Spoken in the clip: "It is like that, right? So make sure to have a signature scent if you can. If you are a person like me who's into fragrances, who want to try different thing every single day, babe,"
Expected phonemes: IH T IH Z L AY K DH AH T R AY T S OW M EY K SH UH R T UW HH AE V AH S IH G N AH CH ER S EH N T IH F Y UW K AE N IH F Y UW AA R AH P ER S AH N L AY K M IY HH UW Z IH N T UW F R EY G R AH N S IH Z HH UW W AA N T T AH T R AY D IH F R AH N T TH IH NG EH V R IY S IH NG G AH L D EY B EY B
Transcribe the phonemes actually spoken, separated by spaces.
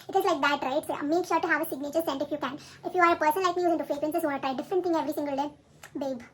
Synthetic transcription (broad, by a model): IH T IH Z L AY K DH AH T R AY T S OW M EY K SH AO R T UW HH AE V AH S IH G N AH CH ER S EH N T IH F Y UW K AE N IH F Y UW AA R AH P ER S AH N L AY K M IY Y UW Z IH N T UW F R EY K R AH N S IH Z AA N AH T R AY D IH F R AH T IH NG EH V R IY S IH NG G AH L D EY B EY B